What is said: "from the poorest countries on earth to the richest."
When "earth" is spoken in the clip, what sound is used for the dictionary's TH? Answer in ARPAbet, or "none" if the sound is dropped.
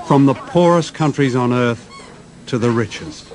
TH